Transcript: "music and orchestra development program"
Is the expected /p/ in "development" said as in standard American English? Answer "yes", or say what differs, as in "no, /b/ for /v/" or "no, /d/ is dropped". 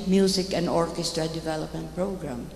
yes